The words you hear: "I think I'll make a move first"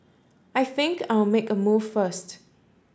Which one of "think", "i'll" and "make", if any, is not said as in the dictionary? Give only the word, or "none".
i'll